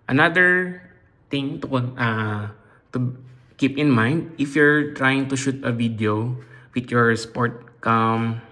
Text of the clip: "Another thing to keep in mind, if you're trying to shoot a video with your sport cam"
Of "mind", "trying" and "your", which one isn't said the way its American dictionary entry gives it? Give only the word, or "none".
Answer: none